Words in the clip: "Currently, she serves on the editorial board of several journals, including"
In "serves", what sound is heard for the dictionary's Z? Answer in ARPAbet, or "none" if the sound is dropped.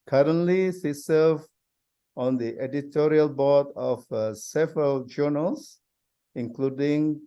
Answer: none